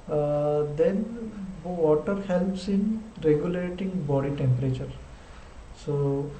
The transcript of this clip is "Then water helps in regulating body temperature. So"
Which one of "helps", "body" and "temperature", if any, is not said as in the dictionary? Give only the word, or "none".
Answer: none